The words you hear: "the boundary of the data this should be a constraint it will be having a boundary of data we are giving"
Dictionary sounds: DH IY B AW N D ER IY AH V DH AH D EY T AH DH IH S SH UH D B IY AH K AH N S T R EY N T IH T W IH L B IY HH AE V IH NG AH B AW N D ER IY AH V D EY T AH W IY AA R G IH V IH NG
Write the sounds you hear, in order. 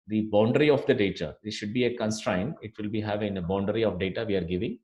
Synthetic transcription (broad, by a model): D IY B AW N D ER IY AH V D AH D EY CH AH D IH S SH UH D B IY AH K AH N S T R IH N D IH T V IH L B IY HH AE V IH NG AH B AW N D ER IY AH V D EY T AH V IY AA R G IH V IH NG